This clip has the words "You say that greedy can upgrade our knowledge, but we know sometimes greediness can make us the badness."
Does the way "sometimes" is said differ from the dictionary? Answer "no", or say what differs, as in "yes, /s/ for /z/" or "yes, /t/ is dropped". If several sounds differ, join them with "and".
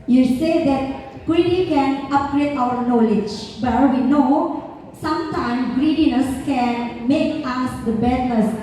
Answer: yes, /z/ is dropped